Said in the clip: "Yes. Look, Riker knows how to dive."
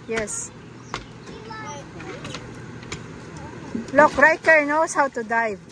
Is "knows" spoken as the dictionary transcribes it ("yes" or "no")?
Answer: no